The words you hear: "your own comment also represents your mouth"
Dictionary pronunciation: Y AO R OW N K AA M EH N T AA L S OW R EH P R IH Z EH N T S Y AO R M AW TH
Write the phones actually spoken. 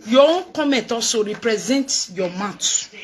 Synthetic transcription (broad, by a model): Y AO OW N K AA M EH N T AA S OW R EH P R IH Z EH N T Y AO M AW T